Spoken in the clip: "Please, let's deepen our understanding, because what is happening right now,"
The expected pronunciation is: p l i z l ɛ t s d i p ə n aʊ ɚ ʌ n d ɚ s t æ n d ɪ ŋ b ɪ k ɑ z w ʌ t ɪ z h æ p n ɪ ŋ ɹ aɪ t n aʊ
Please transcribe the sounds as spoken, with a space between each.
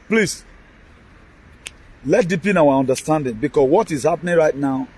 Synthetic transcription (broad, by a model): p l i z l ɛ t d i p ə n aʊ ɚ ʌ n d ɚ s t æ n d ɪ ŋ b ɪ k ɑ s w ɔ t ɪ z h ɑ p n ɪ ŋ ɹ aɪ t n aʊ